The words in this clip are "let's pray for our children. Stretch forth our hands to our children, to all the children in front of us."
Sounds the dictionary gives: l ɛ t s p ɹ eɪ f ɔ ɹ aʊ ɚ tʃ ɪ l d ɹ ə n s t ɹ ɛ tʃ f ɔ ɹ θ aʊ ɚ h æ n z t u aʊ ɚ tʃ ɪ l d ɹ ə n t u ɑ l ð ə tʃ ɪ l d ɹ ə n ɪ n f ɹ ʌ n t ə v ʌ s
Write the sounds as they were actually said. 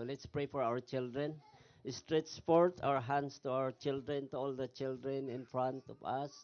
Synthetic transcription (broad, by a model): l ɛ t s p ɹ eɪ f ɔ ɹ aʊ ɚ tʃ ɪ l d ɹ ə n s t ɹ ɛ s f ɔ ɹ t aʊ ɚ h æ n s t u aʊ ɚ tʃ ɪ l d ɹ ə n t u ɑ l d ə tʃ ɪ l d ɹ ə n ɪ n f ɹ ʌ n t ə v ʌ s